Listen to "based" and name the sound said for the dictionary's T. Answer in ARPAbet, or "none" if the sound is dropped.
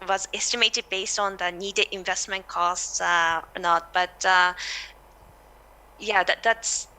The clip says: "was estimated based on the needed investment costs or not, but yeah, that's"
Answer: T